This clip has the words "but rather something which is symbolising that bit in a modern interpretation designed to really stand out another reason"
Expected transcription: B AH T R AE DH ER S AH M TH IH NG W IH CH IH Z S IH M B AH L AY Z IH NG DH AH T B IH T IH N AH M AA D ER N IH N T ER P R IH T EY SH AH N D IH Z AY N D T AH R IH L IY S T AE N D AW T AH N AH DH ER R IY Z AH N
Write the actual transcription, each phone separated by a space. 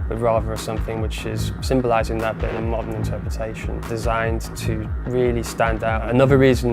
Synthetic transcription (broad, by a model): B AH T R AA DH ER S AH M TH IH NG W IH CH IH Z S IH M B AH L AY Z IH NG DH AH T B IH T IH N AH M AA D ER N IH N T ER P R IH T EY SH AH N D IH Z AY N T AH R IH L IY S T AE N D AW T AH N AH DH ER R IY Z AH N